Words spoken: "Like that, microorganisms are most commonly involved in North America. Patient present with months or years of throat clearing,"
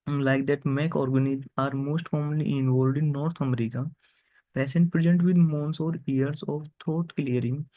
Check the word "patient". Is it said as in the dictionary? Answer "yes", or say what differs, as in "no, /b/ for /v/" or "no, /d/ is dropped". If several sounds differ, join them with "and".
no, /s/ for /ʃ/